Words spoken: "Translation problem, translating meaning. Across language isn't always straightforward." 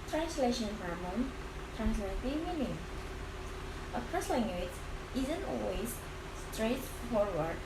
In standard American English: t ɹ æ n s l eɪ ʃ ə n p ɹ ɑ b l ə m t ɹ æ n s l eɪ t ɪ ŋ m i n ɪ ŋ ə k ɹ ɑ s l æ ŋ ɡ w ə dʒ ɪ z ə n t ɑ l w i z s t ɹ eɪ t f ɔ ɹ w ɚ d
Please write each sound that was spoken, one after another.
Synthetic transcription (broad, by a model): t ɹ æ n s l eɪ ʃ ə n f ɹ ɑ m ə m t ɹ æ n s l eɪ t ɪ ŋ m i n ɪ ŋ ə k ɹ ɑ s l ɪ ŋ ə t ɪ z ə n t ɑ l w i z s t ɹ eɪ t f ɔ ɹ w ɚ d